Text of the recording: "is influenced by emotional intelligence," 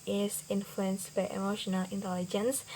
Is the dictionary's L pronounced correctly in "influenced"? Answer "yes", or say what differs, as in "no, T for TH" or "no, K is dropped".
yes